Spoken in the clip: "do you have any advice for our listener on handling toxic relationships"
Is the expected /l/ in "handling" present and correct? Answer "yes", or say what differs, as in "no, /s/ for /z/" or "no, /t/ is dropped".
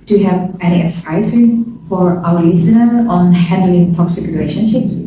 yes